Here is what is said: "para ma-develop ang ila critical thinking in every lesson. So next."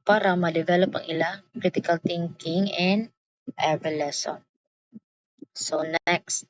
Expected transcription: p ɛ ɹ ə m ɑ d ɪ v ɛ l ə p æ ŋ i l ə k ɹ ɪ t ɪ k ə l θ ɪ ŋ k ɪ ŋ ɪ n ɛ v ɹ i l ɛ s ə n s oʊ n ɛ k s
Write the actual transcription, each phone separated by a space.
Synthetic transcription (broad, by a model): p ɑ ɹ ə m ɑ d ɪ v ɛ l ə p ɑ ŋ i l ə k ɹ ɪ t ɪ k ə l t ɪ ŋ k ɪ ŋ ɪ n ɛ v i l ɛ s ə n s oʊ n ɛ k s